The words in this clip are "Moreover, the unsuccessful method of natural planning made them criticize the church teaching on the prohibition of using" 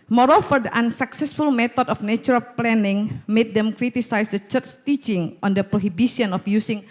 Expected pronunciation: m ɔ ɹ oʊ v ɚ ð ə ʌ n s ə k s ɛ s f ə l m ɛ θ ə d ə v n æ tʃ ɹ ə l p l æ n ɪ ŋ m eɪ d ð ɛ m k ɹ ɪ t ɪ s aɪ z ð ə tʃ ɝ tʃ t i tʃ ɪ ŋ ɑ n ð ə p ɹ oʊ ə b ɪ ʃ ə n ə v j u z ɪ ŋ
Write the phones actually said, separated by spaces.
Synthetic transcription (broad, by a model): m ɔ ɹ oʊ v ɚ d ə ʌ n s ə k s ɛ s f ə l m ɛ t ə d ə f n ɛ tʃ ɹ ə l p l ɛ n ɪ ŋ m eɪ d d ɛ m k ɹ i t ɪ s aɪ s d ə tʃ ɝ tʃ t i tʃ ɪ ŋ ɑ n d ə p ɹ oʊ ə b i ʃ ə n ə f j u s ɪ ŋ